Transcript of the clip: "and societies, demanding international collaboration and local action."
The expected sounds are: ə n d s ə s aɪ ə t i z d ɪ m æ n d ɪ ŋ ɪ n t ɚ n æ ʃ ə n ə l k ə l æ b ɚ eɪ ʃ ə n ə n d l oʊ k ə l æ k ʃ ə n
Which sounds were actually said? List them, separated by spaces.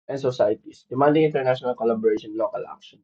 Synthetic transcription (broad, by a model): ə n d s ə s aɪ t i s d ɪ m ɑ n d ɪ ŋ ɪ n t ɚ n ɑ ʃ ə n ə l k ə l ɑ b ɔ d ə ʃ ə n l oʊ k ə l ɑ k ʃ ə n